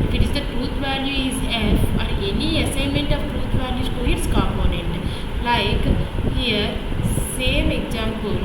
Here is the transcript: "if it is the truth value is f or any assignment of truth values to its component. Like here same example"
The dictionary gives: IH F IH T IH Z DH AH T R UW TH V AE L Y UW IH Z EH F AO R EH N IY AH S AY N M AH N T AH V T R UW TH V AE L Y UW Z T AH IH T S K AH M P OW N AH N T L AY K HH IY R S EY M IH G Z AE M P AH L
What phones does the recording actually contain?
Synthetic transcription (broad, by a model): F IH T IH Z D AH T R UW T V AE L Y UW IH Z EH F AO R EH N IY AH S AY N M AH N T AH V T R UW T V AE L Y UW T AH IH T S K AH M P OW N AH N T L AY K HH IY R S EY M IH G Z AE M P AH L